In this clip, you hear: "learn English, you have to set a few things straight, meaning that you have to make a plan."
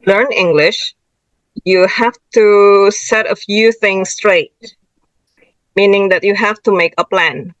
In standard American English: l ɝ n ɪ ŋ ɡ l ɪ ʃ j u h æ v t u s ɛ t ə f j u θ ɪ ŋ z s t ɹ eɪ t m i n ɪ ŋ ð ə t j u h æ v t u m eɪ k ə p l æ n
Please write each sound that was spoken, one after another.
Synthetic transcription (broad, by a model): l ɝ n ɪ ŋ ɡ l ɪ ʃ j u h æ f t u s ɛ t ə f j u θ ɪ ŋ s t ɹ eɪ t m i n ɪ ŋ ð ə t j u h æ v t u m eɪ k ə p l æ n